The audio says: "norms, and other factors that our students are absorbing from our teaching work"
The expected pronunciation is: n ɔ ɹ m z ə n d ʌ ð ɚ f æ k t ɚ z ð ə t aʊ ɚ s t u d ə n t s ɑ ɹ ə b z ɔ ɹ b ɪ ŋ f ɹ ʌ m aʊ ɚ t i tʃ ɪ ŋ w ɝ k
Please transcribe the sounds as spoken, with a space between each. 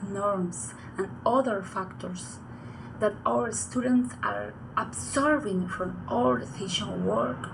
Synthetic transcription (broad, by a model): n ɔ ɹ m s ə n d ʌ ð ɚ f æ k t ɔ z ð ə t aʊ ɚ s t u d ə n t s ɑ ɹ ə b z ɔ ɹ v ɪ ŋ f ɹ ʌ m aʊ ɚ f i ʃ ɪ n w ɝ k